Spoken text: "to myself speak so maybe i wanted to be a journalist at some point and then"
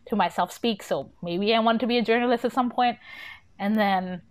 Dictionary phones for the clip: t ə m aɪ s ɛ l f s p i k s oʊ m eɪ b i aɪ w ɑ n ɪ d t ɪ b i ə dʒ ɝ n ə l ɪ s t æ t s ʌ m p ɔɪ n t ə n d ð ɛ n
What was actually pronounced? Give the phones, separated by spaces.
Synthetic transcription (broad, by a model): t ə m aɪ s ɛ l f s p i k s oʊ m eɪ b i aɪ w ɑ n t ɪ b i ə dʒ ɝ n ə l ɪ s t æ t s ʌ m p ɔɪ n t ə n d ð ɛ n